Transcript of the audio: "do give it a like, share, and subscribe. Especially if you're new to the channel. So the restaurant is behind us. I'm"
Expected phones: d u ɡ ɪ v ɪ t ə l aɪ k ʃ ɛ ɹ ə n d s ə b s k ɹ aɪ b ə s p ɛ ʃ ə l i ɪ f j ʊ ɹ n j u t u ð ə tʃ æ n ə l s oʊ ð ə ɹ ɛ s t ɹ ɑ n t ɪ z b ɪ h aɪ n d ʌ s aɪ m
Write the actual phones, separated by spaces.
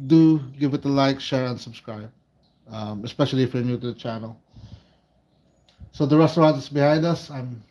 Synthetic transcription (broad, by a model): d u ɡ ɪ v ɪ t ə l aɪ k ʃ ɛ ɹ ə n d s ə b s k ɹ aɪ b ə s p ɛ ʃ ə l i f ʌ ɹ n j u t u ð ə tʃ æ n ə l s oʊ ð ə ɹ ɛ s t ɹ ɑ n t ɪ s b ɪ h aɪ n d ʌ s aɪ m